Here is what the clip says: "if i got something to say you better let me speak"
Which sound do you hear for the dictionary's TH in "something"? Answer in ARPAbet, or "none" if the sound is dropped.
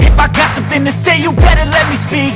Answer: TH